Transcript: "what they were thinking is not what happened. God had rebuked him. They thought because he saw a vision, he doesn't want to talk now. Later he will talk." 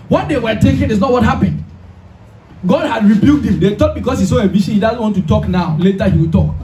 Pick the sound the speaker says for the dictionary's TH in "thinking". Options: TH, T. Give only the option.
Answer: T